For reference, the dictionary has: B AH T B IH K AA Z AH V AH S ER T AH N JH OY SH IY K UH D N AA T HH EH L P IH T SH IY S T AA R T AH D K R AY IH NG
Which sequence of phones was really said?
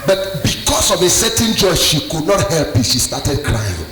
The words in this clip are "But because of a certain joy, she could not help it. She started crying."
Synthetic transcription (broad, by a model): B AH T B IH K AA S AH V AH S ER T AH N JH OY SH IY K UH D N AA T HH EH L P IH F SH IY S T AA T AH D K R AY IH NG